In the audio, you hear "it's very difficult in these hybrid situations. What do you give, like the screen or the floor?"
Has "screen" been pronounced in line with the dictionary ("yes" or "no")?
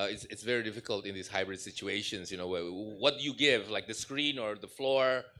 yes